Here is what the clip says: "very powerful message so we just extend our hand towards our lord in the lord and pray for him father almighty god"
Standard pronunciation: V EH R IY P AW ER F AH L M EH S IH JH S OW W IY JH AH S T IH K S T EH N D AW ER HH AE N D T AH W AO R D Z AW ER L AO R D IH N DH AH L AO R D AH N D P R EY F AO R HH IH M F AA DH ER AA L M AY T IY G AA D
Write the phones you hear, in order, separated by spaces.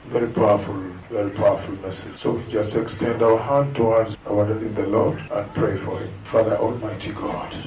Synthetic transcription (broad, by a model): V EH R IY P AW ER F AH L M EH S IH JH S OW W IY JH AH S T IH K S T EH N D AW ER HH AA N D T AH W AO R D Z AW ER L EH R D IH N DH AH L AO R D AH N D P R EY F AO R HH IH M F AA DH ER AA L M AY T IY G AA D